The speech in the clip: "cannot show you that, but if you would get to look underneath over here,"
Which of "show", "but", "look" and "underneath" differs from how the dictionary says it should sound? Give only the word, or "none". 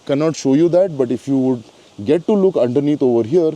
underneath